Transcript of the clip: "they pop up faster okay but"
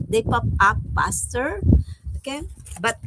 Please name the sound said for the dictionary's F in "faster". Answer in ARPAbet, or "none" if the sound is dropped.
P